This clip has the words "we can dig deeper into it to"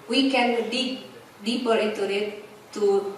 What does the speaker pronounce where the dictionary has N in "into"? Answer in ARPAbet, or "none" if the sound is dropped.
none